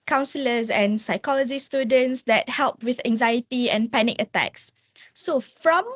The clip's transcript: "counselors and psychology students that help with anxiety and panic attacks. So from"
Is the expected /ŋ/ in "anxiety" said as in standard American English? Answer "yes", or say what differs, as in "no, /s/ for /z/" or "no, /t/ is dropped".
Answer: yes